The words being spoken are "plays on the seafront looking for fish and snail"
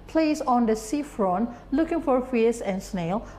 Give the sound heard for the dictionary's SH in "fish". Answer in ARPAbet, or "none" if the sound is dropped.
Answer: S